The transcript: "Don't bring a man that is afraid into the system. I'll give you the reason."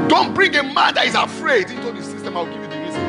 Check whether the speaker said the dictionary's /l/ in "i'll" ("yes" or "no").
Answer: no